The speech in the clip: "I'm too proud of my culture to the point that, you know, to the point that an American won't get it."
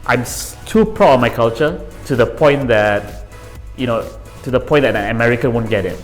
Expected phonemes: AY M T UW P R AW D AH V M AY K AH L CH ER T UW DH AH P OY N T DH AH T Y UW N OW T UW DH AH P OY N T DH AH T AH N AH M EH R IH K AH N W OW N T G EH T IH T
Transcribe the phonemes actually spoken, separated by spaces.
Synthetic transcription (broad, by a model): AY M T UW P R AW AH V M AY K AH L CH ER T UW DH AH P OY N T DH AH T Y UW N OW T UW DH AH P OY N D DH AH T AH N AH M EH R IH K AH N W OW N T G EH T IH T